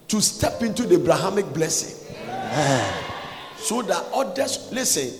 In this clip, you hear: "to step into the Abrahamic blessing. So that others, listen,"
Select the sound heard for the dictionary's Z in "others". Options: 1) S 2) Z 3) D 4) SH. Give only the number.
1